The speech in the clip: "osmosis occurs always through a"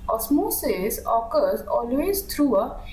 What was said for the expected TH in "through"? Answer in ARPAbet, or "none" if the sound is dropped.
T